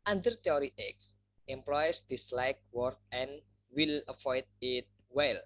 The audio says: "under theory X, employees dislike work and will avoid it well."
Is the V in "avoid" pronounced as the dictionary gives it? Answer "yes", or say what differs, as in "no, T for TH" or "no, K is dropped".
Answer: no, F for V